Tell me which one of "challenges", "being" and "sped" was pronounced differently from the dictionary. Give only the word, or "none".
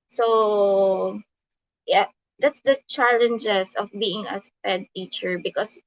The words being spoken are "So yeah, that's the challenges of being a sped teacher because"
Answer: challenges